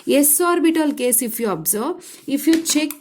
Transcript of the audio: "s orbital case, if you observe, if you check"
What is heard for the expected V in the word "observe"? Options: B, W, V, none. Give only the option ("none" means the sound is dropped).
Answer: B